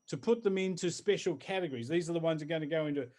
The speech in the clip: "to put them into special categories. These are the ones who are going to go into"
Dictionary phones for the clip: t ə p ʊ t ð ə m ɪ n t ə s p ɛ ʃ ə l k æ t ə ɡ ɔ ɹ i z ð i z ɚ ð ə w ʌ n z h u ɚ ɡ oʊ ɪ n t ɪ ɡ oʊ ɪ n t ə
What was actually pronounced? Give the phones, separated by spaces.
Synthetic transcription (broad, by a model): t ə p ʊ t ð ə m ɪ n t ə s p ɛ ʃ l k æ t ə ɡ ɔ ɹ i z ð i z ɚ ð ə w ʌ n z ɚ ɡ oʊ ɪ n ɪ ɡ oʊ ɪ n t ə